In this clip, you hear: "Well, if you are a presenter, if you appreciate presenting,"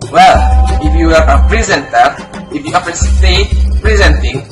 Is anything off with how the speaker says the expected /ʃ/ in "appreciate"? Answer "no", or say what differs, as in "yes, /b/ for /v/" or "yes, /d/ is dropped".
yes, /s/ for /ʃ/